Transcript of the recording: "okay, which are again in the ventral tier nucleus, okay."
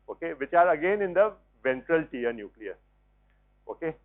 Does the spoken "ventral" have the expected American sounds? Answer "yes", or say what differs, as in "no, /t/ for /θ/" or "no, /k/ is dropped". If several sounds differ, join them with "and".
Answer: yes